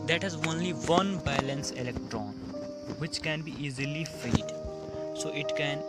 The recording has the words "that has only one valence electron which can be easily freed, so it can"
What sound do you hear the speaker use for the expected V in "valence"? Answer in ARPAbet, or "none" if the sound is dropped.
B